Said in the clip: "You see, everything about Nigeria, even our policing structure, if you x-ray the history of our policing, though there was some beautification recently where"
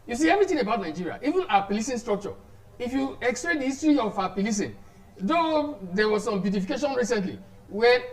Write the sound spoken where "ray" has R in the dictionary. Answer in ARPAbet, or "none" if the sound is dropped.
L